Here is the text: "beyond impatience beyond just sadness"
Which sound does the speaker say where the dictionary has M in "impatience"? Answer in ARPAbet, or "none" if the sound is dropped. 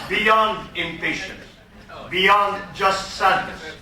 M